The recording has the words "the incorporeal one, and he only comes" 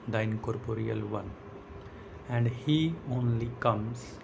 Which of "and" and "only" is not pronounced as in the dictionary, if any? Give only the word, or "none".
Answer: none